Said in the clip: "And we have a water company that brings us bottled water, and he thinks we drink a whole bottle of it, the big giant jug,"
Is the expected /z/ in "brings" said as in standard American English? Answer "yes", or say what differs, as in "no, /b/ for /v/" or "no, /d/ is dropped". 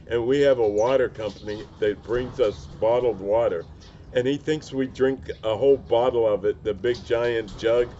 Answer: yes